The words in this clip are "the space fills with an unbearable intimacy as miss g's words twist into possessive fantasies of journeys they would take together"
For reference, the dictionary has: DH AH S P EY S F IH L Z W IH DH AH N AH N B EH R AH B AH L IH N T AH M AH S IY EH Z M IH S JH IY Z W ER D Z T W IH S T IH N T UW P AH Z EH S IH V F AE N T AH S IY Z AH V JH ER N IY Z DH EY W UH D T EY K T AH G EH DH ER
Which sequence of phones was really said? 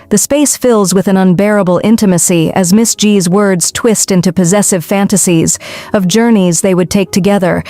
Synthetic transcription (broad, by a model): DH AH S P EY S F IH L Z W IH DH AH N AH N B EH R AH B L IH N T AH M AH S IY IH Z M IH S JH IY Z W ER D Z T W IH S T IH N T UW P AH Z EH S IH V F AE N T AH S IY Z AH V JH ER N IY Z DH EY W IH D T EY K T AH G EH DH ER